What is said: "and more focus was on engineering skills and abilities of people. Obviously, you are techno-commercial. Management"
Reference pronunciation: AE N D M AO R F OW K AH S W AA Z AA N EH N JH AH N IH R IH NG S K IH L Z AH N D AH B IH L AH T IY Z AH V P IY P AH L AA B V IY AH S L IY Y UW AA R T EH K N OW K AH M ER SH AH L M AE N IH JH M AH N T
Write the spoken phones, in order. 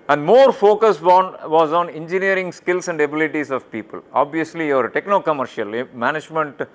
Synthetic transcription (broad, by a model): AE N D M AO R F OW K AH S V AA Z AA N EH N JH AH N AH R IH NG S K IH L S AH N D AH B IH L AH T IY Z AH V P IY P AH L AA B V IY AH S L IY Y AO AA R T EH K N OW K AH M ER SH AH L M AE N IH JH M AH N T